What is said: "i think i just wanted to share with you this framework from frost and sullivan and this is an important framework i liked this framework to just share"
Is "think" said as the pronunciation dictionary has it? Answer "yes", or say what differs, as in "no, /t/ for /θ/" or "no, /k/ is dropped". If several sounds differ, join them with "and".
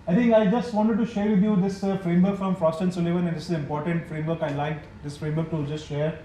no, /t/ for /θ/